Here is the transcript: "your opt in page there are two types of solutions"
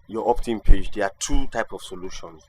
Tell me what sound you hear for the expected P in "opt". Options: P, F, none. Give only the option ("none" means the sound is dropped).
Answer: P